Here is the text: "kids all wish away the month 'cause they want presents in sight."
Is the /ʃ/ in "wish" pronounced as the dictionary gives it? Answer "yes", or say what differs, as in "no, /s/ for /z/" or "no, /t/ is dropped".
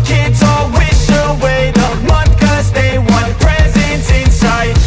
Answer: no, /s/ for /ʃ/